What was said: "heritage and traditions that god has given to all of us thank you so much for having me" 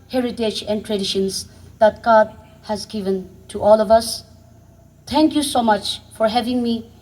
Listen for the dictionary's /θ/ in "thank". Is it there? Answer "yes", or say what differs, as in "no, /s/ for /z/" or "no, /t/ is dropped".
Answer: no, /t/ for /θ/